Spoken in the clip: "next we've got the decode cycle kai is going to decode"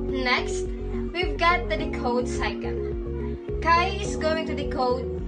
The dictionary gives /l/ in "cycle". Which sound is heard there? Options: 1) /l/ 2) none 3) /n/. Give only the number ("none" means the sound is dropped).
3